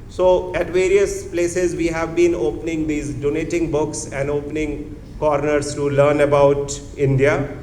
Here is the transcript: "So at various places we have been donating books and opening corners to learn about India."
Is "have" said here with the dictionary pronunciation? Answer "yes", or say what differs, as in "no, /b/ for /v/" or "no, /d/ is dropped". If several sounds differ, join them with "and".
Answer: yes